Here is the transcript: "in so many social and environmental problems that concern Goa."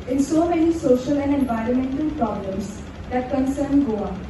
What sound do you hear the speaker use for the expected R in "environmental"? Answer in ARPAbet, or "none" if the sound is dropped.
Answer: R